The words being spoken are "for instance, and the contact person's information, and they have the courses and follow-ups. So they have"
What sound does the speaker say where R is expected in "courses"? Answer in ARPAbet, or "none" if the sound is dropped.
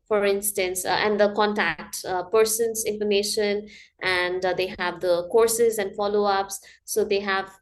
R